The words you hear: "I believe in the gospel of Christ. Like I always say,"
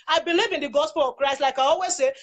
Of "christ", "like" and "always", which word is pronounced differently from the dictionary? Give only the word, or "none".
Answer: none